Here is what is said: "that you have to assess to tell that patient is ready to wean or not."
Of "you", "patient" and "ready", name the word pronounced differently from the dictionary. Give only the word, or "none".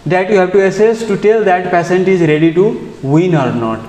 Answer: patient